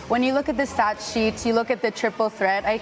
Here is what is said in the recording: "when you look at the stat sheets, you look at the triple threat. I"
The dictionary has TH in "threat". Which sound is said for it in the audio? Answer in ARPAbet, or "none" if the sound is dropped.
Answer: TH